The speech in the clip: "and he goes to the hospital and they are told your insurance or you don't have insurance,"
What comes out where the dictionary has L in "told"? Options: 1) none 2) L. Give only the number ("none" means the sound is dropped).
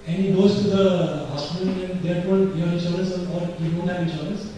1